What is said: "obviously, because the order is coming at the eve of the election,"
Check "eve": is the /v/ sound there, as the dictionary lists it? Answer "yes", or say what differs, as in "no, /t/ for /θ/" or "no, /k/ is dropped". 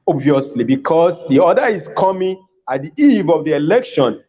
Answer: yes